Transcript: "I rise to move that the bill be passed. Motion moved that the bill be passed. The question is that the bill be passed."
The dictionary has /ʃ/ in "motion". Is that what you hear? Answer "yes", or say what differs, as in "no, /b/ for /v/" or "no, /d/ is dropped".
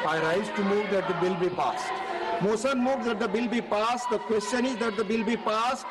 no, /s/ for /ʃ/